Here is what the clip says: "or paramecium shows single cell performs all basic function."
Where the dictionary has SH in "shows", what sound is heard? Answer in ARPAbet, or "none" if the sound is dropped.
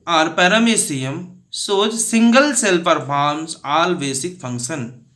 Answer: S